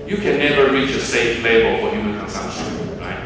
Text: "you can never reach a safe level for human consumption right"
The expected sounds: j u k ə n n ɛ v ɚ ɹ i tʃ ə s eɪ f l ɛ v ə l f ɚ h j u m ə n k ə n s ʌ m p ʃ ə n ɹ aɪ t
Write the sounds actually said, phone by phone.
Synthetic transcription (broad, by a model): j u k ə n n ɛ v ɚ ɹ i tʃ ə s eɪ f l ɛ b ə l f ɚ h j u m ə n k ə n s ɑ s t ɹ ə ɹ aɪ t